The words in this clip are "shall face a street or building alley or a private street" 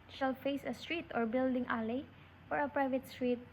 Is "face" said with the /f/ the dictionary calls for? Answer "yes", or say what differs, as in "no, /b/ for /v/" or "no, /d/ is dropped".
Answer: yes